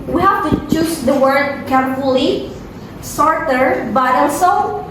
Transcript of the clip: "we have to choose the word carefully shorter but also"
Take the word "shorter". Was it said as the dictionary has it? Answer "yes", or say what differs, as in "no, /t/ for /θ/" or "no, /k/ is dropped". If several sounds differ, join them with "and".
no, /s/ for /ʃ/